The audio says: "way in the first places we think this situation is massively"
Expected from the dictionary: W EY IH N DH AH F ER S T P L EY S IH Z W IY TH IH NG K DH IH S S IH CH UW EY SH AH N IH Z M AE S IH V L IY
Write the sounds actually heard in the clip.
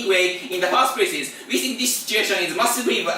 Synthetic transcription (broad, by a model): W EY IH N DH AH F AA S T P EY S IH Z W IY TH IH NG K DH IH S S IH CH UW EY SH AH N IH Z M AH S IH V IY